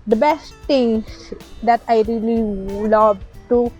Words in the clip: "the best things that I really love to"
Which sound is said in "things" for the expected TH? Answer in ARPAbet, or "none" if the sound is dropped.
T